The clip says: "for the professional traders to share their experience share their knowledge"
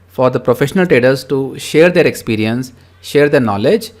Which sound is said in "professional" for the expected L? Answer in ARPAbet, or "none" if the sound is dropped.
L